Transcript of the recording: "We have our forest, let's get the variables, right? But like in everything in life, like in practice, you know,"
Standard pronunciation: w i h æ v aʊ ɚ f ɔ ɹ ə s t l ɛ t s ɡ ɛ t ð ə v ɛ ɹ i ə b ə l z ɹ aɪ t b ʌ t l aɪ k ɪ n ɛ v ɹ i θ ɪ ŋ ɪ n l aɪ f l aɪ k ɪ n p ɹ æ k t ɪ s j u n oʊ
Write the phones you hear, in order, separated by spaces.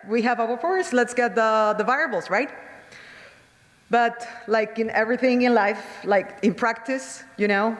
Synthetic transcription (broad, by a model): w i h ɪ v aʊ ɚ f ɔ ɹ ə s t l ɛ t s ɡ ɛ t ð ə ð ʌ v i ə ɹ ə l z ɹ aɪ t b ʌ t l aɪ k ɪ n ɛ v ɹ i θ ɪ ŋ ɪ n l aɪ f l aɪ k ɪ n p ɹ æ k t ɪ s j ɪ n oʊ